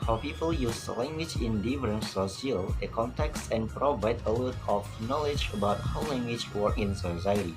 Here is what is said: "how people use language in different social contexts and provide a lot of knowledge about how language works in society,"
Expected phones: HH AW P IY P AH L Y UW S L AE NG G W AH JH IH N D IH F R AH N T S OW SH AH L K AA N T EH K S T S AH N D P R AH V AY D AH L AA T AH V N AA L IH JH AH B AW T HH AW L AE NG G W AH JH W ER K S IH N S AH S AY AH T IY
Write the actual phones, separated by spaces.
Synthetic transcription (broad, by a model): HH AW P IY P AH L Y UW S L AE NG G W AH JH IH N D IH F R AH N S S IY AH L K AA N T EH K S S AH N P R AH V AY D AH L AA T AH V N AA L IH JH AH B AW T HH AW L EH NG G W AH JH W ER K IH N S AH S AY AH T IY